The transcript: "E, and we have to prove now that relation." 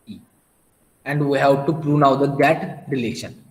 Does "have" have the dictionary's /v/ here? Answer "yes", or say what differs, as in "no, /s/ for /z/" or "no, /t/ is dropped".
no, /p/ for /v/